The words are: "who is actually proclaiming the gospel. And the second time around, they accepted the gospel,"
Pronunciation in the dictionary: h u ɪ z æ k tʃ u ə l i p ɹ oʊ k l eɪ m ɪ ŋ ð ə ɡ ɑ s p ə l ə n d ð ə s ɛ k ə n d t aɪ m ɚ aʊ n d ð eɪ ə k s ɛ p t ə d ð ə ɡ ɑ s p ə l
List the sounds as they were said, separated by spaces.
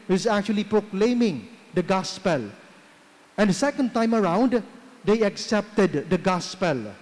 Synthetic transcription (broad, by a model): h ɪ z æ k tʃ u ə l i p ɹ oʊ k l eɪ m ɪ ŋ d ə ɡ ɑ s p ə l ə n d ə s ɛ k ə n d t aɪ m ɚ aʊ n d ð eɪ ə k s ɛ p t ə d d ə ɡ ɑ s p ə l